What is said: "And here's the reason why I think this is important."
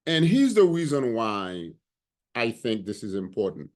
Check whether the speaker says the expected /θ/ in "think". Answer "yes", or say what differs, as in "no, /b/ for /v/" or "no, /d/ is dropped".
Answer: yes